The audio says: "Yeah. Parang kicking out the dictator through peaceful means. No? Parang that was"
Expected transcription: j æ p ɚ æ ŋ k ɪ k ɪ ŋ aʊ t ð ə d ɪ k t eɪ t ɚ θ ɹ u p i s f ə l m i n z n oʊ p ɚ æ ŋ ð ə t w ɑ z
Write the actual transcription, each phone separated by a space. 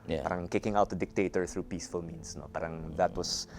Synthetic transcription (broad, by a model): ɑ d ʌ ŋ k ɪ k ɪ ŋ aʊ t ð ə d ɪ k t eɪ t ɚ θ ɹ u p i s f ə l m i n s n oʊ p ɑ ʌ ŋ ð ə t w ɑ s